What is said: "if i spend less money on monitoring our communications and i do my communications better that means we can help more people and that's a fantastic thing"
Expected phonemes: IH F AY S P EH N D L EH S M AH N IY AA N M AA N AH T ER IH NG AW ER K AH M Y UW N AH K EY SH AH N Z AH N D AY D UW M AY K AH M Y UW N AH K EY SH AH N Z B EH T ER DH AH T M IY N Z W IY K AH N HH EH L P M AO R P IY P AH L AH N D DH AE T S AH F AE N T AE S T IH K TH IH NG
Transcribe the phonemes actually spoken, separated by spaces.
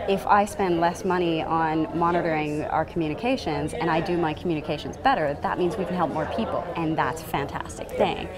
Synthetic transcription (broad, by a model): IH F AY S P EH N D L EH S M AH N IY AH N M AA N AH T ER IH NG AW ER K M Y UW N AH K EY SH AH N Z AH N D AY D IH M AY K M Y UW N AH K EY SH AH N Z B EH T ER DH AH T M IY N Z W IY K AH N HH EH L P M AO R P IY P L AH N DH AE T S F AE N T AE S T IH K TH IH NG